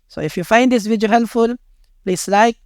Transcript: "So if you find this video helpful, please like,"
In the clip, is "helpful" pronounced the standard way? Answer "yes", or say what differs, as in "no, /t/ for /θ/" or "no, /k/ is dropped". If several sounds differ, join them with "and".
no, /p/ is dropped